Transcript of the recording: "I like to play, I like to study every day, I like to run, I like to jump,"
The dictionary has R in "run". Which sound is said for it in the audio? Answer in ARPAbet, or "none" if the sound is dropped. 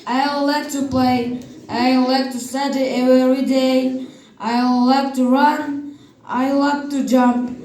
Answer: R